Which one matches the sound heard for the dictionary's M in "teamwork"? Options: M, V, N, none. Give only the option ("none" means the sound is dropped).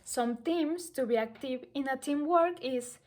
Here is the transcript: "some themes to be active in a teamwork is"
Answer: M